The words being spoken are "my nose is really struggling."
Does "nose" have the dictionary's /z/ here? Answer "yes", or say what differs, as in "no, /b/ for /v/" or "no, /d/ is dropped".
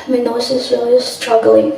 no, /s/ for /z/